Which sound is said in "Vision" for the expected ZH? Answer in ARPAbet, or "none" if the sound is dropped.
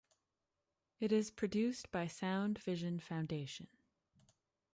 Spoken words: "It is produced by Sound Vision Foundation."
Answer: ZH